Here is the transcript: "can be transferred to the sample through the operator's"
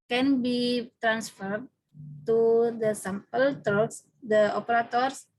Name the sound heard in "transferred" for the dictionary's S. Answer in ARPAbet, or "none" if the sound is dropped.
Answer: S